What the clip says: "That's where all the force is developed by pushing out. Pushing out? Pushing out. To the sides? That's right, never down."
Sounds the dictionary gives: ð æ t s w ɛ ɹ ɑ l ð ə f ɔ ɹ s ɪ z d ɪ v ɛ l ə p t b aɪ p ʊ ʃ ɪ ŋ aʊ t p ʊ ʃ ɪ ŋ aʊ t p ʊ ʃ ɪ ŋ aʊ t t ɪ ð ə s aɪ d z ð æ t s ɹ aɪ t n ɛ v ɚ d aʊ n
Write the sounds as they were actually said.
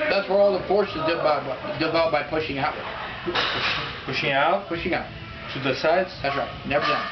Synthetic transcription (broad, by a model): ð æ t s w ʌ ɹ ɑ l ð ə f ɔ ɹ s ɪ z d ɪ b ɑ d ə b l b aɪ p ʊ ʃ ɪ ŋ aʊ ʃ p ʊ ʃ ɪ ŋ aʊ t p ʊ ʃ ɪ ŋ aʊ t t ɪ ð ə s aɪ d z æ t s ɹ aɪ n ɛ v ɚ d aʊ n